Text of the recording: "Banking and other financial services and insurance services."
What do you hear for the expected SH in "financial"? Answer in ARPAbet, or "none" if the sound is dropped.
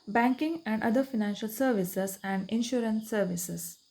SH